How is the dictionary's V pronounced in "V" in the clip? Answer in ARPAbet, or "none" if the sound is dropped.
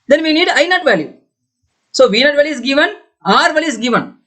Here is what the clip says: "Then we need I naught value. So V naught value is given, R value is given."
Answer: V